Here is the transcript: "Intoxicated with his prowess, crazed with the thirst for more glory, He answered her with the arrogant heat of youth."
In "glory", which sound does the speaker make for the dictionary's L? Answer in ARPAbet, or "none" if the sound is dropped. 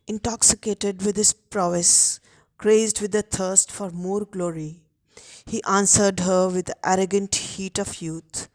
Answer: L